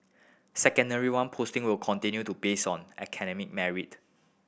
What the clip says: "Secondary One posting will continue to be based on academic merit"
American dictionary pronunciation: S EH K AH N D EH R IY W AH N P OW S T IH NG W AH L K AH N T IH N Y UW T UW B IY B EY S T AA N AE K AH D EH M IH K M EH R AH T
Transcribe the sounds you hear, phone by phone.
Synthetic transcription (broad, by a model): S EH K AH N D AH R IY W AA N P OW S T IH NG W AH L K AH N T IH N Y UW T UW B B EY S AA N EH K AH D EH M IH K M EH R AH T